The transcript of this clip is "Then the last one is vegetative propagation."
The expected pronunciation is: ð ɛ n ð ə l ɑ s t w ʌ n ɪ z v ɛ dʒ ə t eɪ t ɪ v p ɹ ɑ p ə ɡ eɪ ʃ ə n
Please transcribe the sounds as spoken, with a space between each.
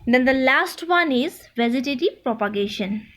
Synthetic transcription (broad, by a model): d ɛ n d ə l ɑ s t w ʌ n ɪ z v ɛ z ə t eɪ t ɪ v p ɹ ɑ p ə ɡ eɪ ʃ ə n